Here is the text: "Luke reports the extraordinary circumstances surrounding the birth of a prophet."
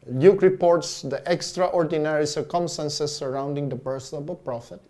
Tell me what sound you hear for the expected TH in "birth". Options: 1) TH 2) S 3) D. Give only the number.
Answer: 2